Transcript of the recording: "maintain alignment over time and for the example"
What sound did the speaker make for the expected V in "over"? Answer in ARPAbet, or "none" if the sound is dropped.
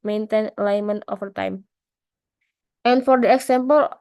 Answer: F